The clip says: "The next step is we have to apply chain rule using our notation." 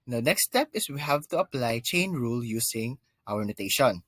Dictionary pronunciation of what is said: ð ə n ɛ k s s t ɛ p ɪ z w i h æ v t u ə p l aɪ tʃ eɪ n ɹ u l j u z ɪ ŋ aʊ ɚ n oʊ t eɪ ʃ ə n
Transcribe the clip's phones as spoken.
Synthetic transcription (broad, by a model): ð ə n ɛ k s s t ɛ p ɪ s w i h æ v t u ə p l aɪ tʃ eɪ n ɹ u l j u s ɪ ŋ aʊ ɚ n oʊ t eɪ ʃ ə n